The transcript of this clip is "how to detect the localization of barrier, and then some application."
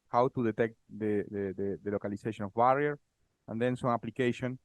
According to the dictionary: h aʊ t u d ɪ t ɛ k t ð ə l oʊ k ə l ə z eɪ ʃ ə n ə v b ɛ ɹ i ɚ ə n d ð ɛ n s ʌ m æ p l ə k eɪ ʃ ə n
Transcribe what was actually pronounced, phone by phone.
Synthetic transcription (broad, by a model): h aʊ t u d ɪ t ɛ k t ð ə l oʊ k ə l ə s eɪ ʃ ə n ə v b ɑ ɹ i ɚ ə n d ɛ n s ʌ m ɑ p l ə k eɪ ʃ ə n